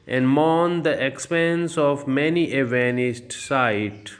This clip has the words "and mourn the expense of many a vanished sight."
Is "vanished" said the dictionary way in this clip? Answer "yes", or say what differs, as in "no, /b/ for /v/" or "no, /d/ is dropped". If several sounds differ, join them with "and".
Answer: no, /s/ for /ʃ/